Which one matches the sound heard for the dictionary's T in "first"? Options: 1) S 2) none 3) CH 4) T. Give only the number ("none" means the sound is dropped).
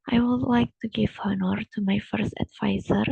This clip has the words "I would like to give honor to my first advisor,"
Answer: 4